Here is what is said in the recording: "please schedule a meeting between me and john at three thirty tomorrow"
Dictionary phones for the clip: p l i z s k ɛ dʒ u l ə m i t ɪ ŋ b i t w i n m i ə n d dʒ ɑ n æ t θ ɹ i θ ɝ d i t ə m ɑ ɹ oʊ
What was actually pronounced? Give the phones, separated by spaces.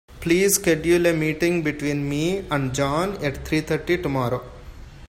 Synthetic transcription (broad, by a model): p l i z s k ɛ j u l ə m i t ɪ ŋ b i t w i n m i ə n d dʒ ɑ n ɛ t t ɹ i t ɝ d i t ə m ɑ ɹ oʊ